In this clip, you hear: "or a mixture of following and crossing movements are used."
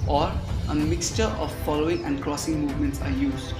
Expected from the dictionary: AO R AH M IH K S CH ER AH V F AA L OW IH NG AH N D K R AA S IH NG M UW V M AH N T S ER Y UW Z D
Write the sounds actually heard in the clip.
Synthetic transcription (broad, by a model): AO R AH M IH K S CH ER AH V F AA L OW IH NG AH N D K R AA S IH NG M UW V M AH N T S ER Y UW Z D